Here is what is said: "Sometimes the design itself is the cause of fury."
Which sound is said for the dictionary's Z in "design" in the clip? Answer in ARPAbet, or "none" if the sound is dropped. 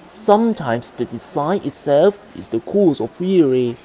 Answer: S